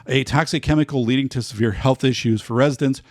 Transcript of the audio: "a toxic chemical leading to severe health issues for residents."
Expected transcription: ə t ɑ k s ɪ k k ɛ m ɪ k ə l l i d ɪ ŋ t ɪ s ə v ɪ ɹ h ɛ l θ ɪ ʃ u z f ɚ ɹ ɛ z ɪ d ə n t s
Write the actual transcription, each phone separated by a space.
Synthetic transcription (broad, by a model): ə t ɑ k s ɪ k k ɛ m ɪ k l l i d ɪ ŋ t ɪ s ə v ɪ ɹ h ɛ l θ ɪ ʃ u z f ɚ ɹ ɛ z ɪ d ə n s